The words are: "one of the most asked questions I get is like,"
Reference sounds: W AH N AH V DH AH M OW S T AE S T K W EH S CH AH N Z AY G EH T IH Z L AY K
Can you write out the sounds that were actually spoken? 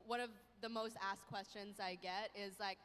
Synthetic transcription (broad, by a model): W AH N AH V DH AH M OW S T AE S K W EH S CH AH N Z AY G EH T IH Z L AY K